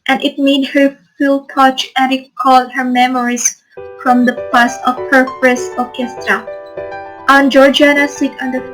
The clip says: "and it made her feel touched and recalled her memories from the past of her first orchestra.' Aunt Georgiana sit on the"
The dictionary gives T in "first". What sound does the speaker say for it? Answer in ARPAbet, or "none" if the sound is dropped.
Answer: none